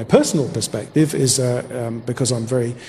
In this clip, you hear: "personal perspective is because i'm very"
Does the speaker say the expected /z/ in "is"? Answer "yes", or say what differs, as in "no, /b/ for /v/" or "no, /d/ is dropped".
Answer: yes